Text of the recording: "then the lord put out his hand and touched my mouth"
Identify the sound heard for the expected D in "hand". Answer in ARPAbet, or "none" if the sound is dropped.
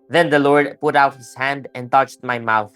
D